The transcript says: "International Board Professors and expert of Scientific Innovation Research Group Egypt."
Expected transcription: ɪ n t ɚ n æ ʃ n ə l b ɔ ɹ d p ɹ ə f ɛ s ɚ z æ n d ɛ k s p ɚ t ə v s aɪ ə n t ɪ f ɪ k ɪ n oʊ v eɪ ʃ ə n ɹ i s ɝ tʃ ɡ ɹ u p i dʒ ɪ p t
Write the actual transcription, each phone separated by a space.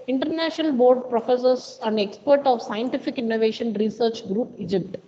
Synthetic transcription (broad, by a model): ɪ n t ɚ n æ ʃ n ə l b ɔ ɹ d p ɹ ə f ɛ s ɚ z æ n d ɛ k s p ɚ t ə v s aɪ ə n t ɪ f ɪ k ɪ n oʊ v eɪ ʃ ə n ɹ i s ɝ tʃ ɡ ɹ u p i dʒ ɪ p t